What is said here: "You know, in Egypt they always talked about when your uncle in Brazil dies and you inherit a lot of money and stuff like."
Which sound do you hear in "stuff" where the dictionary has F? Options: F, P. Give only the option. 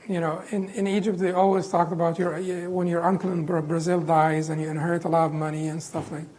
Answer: F